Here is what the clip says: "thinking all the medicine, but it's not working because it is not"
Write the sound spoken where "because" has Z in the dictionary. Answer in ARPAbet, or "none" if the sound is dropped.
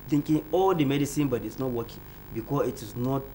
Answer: none